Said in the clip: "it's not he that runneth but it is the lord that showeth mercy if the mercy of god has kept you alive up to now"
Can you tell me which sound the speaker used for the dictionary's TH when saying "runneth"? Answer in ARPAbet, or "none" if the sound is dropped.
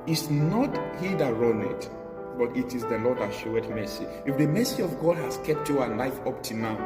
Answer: T